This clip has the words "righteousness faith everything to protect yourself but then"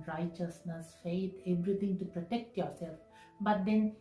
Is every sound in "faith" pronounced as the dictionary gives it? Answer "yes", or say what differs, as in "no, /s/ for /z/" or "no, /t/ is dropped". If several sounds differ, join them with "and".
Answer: no, /t/ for /θ/